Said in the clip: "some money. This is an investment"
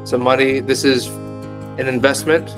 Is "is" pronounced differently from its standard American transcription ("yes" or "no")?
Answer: no